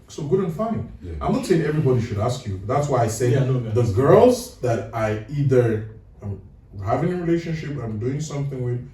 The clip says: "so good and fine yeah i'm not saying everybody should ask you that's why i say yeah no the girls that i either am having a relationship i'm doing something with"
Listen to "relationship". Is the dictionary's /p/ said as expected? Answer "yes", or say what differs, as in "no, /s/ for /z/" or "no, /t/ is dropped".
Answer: yes